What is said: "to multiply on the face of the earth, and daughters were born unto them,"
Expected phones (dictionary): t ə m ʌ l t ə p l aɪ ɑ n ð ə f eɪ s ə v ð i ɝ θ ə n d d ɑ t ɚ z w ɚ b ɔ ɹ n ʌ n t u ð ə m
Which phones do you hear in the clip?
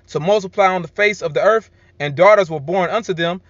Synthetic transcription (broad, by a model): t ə m ʌ l t ə p l aɪ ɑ n ð ə f eɪ s ə v ð i ɝ θ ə n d d ɑ t ɚ z w ɚ b ɔ ɹ n ʌ n t u ð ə m